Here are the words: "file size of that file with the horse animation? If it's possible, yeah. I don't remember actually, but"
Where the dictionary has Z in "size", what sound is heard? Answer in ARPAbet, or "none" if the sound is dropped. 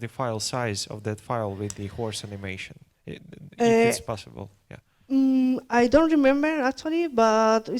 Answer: Z